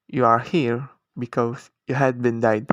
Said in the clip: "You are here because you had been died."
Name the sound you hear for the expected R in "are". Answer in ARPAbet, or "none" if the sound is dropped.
R